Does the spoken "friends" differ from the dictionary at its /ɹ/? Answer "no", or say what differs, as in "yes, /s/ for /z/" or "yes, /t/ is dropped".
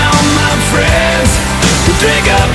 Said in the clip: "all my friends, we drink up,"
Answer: no